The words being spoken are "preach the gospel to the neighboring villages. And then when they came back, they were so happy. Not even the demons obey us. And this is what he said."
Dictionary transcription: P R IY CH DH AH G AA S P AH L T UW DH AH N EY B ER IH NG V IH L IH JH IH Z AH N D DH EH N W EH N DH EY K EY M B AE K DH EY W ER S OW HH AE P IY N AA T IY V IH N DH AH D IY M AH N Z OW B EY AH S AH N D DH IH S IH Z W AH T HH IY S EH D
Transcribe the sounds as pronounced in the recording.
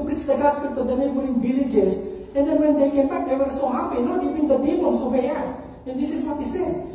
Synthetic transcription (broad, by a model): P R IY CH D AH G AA S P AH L T UW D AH N EY B ER IH NG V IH L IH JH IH S AH N D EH N W EH N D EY K EY M B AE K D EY W ER S OW HH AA P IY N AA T IY V IH N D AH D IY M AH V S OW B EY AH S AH N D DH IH S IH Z W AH T HH IY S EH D